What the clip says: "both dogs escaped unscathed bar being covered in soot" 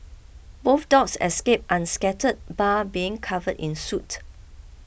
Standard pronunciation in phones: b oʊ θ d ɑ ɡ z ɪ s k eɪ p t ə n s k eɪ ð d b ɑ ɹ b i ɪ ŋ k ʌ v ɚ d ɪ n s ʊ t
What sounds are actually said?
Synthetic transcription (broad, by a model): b oʊ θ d ɑ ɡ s ɪ s k eɪ p t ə n s k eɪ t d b ɑ b i ɪ ŋ k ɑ v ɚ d ɪ n s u t